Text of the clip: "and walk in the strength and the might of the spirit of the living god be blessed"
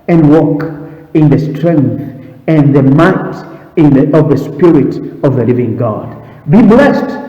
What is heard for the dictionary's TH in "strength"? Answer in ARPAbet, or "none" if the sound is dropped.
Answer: TH